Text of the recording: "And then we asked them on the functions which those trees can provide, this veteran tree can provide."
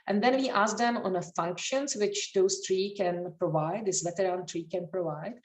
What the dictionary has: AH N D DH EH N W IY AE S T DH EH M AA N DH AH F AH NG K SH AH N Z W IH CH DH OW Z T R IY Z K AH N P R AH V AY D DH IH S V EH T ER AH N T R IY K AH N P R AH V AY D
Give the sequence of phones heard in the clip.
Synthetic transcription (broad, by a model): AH N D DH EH N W IY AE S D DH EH M AA N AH F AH NG K SH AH N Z W IH CH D OW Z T R IY K AH N P R AH V AY D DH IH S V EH T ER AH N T R IY K AH N P R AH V AY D